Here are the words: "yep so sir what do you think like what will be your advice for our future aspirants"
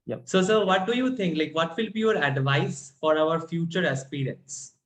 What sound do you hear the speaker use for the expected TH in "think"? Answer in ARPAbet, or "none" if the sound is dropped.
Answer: T